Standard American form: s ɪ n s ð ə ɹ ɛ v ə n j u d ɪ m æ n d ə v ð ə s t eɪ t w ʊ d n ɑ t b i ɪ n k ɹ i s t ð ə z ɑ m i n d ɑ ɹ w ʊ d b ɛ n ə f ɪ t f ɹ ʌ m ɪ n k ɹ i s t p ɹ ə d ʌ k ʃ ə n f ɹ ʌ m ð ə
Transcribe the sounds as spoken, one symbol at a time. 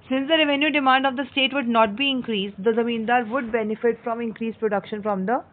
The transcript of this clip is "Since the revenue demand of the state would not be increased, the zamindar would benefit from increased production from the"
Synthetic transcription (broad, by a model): s ɪ n s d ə ɹ ɛ v ə n j u d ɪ m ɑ n d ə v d ə s t eɪ t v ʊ d n ɑ t b i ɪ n k ɹ i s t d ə z ɑ m i n d ɑ ɹ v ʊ d b ɛ n ə f ɪ t f ɹ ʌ m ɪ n k ɹ i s p ɹ ə d ʌ k ʃ ə n f ɹ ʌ m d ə